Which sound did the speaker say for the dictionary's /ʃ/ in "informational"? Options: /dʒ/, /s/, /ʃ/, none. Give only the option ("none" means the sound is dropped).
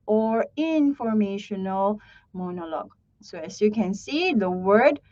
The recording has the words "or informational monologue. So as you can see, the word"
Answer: /ʃ/